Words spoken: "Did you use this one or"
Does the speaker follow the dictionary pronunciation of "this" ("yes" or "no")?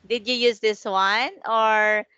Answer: yes